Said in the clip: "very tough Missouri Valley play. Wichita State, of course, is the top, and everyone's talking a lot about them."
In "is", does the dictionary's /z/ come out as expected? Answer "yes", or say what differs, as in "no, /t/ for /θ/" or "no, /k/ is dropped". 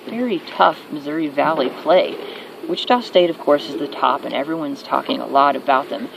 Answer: yes